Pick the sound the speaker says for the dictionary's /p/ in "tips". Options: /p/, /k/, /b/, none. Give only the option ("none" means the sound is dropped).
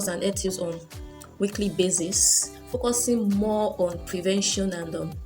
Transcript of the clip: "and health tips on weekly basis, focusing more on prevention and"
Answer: none